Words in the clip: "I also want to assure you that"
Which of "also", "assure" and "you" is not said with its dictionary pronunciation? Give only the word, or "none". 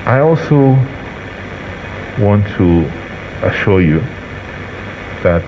none